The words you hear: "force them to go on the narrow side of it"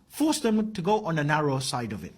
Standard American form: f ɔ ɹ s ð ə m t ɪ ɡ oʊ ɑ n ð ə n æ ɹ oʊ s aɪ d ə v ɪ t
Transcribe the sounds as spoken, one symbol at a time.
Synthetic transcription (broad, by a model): f ɔ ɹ s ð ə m t ɪ ɡ oʊ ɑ n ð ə n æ ɹ oʊ s aɪ d ə v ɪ t